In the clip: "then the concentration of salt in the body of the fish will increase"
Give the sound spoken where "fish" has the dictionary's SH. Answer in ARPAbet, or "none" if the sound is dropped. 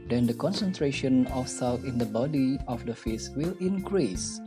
S